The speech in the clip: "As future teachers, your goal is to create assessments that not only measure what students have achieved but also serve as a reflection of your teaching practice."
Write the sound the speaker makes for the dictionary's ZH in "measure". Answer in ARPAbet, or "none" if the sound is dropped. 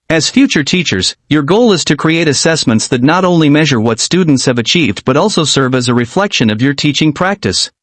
ZH